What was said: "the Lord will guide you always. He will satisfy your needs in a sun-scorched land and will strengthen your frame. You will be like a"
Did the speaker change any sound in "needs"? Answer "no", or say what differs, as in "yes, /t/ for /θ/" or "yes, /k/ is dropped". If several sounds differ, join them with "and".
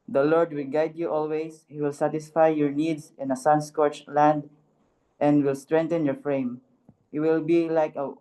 yes, /s/ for /z/